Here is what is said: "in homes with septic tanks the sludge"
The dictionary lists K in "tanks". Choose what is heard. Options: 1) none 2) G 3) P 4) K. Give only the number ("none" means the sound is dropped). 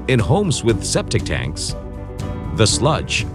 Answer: 4